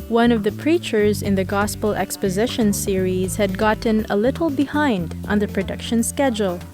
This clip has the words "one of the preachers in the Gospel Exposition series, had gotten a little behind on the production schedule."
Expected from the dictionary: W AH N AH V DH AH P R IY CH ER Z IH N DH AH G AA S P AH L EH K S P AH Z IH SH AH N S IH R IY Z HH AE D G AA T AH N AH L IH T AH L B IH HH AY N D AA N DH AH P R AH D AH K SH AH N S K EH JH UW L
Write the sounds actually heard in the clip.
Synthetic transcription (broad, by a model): W AH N AH V DH AH P R IY CH ER Z IH N DH AH G AA S P AH L EH K S P AH Z IH SH AH N S IH R IY Z HH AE D G AA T N AH L IH T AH L B IH HH AY N D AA N DH AH P R AH D AH K SH AH N S K EH JH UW L